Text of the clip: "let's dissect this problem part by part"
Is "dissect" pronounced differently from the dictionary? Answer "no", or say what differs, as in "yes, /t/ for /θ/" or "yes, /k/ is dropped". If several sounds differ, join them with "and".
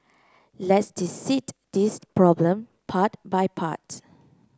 yes, /k/ is dropped